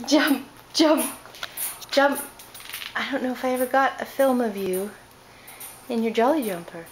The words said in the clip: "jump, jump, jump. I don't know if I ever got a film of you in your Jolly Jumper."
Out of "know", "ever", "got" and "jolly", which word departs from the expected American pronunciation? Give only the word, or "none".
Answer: none